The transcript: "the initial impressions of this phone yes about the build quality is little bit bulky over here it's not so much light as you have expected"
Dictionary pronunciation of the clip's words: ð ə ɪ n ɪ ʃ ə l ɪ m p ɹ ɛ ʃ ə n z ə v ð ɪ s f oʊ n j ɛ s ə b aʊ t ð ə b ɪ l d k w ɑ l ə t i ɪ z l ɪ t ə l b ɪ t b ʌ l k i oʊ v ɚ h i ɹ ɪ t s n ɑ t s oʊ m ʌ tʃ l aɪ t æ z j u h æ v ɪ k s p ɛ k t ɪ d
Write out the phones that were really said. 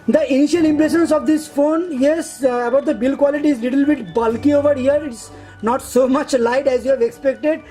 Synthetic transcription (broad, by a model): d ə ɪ n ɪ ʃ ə l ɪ m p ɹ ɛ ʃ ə n s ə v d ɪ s f oʊ n j ɛ s ə b aʊ t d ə b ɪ l k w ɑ l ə t i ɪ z l ɪ t ə l b ɪ t b ʌ l k i oʊ v ɚ h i ɹ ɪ t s n ɑ t s oʊ m ʌ tʃ l aɪ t æ z j u h æ v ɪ k s p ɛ k t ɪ d